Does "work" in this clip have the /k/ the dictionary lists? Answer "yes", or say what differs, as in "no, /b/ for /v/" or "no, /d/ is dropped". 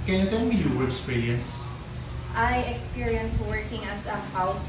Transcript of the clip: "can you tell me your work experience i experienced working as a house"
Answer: no, /k/ is dropped